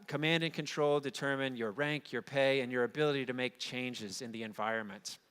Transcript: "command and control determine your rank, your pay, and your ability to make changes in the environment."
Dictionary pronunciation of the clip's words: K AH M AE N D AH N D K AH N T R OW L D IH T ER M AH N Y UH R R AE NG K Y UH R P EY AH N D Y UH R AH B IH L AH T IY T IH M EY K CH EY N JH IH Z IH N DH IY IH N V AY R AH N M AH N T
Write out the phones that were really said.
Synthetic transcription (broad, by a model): K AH M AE N D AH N K AH N T R OW L D IH T ER M AH N Y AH R R AE NG K Y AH R P EY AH N Y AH R AH B IH L AH T IY T IH M EY K CH EY N JH IH Z IH N DH IY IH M V AY R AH N M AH N T